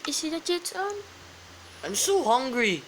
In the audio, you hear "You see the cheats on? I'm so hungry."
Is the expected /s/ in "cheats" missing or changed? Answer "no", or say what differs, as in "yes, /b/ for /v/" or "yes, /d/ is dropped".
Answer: yes, /s/ is dropped